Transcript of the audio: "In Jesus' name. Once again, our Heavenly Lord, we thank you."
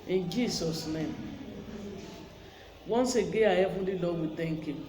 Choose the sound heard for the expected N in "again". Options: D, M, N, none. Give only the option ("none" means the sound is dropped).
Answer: none